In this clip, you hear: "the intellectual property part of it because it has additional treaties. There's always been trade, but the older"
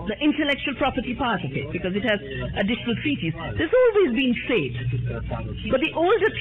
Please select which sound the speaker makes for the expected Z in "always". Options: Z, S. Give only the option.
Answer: Z